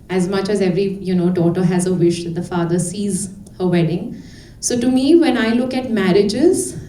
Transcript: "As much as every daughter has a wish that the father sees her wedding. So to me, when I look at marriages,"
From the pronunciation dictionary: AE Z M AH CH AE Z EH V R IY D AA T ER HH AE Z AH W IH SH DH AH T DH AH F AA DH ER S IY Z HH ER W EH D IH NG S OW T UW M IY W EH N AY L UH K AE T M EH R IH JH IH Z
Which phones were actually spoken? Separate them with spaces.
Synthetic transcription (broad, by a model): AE Z M AH CH AE Z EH V R IY D AA T ER HH AE Z AH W IH SH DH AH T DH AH F AA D ER S IY Z HH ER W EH D IH NG S OW T UW M IY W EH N AY L UH K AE T M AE R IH JH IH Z